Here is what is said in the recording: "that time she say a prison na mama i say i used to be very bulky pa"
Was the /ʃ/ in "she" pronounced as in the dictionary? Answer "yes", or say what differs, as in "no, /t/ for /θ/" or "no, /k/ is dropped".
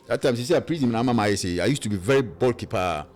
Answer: no, /s/ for /ʃ/